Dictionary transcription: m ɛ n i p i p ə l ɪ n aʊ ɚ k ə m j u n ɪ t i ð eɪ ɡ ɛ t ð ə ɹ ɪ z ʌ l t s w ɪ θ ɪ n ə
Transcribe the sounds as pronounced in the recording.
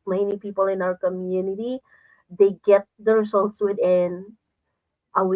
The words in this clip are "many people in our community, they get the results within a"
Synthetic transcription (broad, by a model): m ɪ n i p i p ə l ɪ n aʊ ɚ k ə m j u n ɪ t i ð eɪ ɡ ɛ t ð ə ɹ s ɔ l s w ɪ t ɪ n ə